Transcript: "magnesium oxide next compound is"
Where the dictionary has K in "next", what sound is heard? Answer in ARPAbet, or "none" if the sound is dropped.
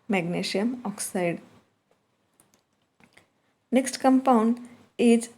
K